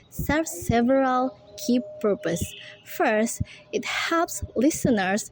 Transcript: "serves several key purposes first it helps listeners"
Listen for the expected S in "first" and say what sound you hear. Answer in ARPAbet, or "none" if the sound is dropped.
S